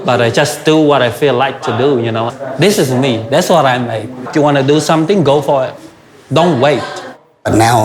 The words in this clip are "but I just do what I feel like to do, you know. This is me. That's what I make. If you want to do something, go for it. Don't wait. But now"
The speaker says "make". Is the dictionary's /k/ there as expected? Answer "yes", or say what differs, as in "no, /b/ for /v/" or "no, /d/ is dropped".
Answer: no, /k/ is dropped